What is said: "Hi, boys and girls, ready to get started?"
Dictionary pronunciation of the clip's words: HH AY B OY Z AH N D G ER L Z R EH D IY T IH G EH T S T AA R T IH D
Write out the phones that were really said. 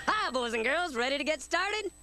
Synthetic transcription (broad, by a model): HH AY B OY Z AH N G ER L Z R EH D IY T IH G EH T S T AA R T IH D